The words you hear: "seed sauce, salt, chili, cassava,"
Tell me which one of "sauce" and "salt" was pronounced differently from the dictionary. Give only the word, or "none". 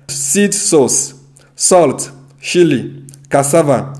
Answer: none